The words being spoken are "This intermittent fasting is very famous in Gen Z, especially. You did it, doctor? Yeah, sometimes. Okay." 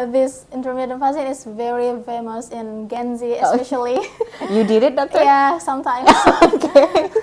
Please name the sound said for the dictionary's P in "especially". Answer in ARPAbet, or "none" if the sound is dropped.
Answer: none